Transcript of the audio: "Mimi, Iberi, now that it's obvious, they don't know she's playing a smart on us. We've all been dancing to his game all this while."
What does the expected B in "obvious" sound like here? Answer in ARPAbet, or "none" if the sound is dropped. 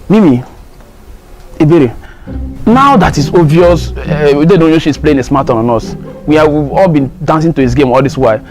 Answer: none